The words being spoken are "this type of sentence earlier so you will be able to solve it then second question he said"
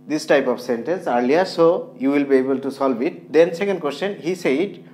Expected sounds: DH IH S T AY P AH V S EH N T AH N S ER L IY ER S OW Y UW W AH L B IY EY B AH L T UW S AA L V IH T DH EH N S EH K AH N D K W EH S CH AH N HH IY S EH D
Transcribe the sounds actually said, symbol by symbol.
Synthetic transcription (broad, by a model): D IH S T AY P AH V S EH N T AH N S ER L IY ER S OW Y UW W AH L B IY EY B AH L T UW S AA L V IH T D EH N S EH K AH N D K W EH S CH AH N HH IY S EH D